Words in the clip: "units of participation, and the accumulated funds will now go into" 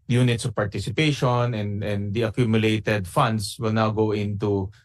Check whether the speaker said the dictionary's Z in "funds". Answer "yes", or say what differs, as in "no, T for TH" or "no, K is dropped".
no, S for Z